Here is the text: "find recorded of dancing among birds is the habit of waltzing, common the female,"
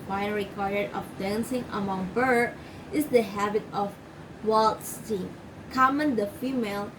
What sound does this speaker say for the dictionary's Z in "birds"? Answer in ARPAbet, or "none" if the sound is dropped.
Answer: none